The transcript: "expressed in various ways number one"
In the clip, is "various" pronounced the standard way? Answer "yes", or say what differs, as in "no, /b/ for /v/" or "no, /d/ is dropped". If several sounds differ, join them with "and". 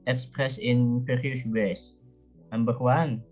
no, /p/ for /v/